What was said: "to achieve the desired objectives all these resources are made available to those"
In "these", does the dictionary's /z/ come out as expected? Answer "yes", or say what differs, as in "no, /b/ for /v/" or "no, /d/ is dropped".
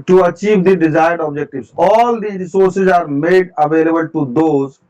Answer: no, /z/ is dropped